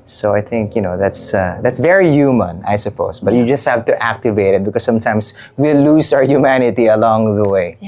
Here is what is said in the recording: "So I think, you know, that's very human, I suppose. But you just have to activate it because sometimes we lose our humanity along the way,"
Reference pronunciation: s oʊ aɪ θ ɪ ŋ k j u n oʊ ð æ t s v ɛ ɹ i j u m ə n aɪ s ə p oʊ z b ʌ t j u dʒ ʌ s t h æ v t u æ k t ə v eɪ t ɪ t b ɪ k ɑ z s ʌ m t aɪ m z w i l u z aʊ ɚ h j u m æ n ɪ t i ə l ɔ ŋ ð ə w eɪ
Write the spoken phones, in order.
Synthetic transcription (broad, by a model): s oʊ aɪ θ ɪ ŋ k j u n oʊ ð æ t s v ɛ ɹ i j u m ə n aɪ s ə p oʊ s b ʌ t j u dʒ ʌ s t h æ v t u æ k t ə v eɪ t ɪ t b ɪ k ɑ s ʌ m t aɪ m s w i l u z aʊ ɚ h j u m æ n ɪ t i ə l ɔ ŋ ð ə w eɪ